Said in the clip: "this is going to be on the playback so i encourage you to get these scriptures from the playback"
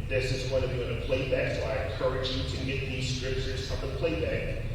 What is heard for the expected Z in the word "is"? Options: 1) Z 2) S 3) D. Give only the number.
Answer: 1